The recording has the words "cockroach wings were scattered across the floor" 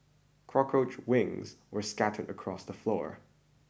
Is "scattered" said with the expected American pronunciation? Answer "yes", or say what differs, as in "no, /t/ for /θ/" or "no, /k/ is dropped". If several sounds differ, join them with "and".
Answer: yes